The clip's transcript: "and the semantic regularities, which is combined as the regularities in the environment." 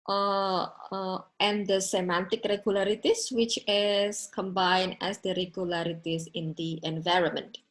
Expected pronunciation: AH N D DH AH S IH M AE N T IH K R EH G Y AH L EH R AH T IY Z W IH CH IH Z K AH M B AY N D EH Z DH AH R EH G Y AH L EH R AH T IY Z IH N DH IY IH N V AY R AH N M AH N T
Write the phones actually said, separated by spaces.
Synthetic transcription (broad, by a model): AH N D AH S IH M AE N T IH K R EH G Y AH L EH R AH T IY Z W IH CH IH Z K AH M B AY N EH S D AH R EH G Y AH L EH R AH T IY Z IH N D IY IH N V AY R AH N M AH N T